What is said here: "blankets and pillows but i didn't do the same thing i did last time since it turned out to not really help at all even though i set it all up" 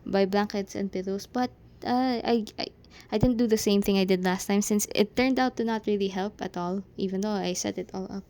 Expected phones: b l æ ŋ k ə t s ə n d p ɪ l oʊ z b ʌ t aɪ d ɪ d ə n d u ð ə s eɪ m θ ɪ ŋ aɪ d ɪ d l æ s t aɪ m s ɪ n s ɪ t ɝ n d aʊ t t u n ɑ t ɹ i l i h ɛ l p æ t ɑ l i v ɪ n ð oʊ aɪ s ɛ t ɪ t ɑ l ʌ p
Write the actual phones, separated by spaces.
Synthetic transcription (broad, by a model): b l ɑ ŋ k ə t s ə n d p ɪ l oʊ s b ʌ t aɪ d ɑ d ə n d u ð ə s eɪ m θ ɪ ŋ aɪ d ɪ d l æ s t aɪ m s ɪ n s ɪ t ɝ n d aʊ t t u n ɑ t ɹ i l i h ɛ l p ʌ t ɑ l i v ɪ n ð oʊ aɪ s ɛ t ɪ t ɑ l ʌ p